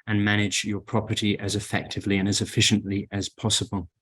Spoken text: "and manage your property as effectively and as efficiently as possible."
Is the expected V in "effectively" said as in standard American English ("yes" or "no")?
yes